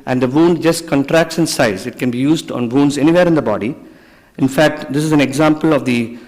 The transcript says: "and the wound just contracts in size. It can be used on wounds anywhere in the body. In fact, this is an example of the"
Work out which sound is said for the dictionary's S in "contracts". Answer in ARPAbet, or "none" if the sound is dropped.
S